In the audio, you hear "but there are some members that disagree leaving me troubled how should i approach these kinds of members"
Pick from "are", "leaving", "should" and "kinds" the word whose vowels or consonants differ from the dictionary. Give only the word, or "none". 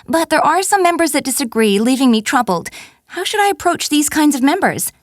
none